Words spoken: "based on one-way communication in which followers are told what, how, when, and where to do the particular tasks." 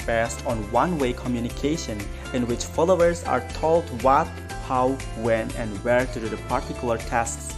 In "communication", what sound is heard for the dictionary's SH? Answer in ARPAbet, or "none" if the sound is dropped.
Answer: SH